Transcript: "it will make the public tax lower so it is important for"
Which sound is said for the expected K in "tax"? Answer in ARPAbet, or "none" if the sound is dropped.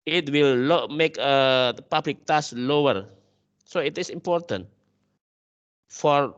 none